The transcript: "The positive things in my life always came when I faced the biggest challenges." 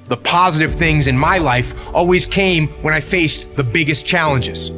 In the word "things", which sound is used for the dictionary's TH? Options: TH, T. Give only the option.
TH